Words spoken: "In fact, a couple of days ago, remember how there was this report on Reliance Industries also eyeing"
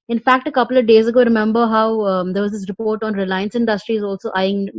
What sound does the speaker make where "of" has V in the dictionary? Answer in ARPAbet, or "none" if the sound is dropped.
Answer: V